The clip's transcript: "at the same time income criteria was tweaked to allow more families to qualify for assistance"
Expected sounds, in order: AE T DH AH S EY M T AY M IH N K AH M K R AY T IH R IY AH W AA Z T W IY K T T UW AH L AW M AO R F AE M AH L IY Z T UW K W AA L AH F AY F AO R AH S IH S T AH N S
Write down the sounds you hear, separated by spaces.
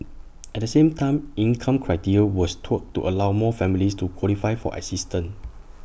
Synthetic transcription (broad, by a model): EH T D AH S EY M T AY M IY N K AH M K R AY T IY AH W AA S T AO T T UW AH L AW M AO F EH M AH L IY S T UW K W AA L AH F AY F AO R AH S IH S T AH N